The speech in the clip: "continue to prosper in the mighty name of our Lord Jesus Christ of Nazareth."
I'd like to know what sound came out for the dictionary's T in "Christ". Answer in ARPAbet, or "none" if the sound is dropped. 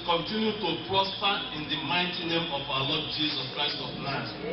T